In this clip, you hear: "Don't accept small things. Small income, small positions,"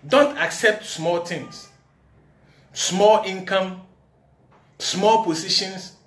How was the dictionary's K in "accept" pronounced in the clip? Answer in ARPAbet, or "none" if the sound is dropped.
K